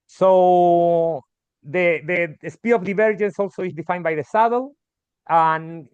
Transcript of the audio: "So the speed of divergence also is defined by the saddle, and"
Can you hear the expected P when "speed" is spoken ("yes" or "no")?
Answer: yes